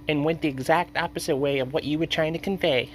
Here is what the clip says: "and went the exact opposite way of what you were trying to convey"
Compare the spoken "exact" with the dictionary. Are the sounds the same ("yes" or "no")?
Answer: yes